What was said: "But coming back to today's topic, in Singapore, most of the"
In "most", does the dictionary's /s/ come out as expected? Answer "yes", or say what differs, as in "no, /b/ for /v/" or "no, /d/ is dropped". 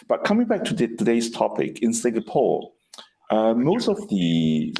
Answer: yes